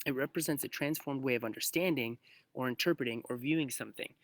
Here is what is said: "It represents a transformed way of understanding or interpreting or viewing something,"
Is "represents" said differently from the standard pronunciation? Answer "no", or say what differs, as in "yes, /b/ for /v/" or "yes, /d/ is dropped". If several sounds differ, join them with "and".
no